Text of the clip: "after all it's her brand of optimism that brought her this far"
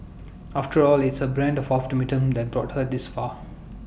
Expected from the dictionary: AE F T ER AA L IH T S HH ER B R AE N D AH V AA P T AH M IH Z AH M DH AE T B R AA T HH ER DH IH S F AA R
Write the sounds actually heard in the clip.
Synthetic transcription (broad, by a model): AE F T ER AA L IH T S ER B R AE N D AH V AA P T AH M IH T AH M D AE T B R AA T HH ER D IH S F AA